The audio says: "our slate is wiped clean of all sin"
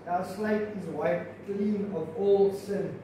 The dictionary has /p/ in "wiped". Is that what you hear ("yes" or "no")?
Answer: no